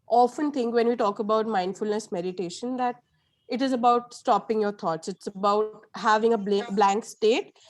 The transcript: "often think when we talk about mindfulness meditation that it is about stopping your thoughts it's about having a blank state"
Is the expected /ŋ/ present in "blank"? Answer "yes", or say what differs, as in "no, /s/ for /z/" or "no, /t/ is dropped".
yes